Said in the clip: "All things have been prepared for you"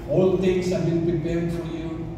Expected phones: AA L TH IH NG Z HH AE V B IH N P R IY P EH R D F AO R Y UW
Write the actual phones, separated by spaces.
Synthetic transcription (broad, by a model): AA L T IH NG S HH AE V B IH N P R IY P EH R D F AO R Y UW